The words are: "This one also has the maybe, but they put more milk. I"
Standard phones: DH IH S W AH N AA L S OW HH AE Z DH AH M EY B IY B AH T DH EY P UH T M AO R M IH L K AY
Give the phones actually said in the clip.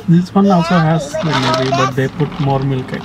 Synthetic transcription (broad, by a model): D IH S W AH N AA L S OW HH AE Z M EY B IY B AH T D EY P UH T M AO R M IH L K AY